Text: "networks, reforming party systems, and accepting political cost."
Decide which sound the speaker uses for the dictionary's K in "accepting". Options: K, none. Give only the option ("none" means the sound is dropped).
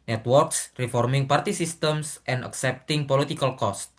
K